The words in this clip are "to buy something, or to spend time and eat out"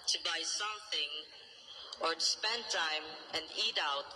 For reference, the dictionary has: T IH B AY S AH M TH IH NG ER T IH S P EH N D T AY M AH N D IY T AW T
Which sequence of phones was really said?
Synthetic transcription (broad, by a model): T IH B AY S AH M TH IH NG ER T IH S P EH N T AY M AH N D IY T AW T